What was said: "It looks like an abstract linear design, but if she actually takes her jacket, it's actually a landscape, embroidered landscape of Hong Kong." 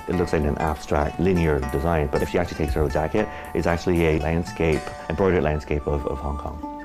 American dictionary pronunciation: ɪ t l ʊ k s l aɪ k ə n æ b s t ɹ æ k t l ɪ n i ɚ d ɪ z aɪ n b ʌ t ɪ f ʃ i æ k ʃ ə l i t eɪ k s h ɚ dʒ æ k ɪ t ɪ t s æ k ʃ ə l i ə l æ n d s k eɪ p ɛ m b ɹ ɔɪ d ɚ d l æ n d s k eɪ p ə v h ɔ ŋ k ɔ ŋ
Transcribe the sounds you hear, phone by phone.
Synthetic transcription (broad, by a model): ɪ t l ʊ k s l aɪ k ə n æ b s t ɹ æ k t l ɪ n i ɚ d ɪ z aɪ n b ʌ t ɪ f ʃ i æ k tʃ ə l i t eɪ k s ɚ dʒ æ k ɪ t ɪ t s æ k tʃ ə l i ə l æ n d s k eɪ p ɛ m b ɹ ɔɪ d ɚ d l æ n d s k eɪ p ə v h ɔ ŋ k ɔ ŋ